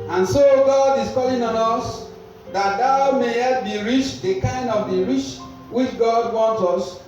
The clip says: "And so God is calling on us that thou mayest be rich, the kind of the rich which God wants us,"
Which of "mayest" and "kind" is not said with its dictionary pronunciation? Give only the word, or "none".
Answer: mayest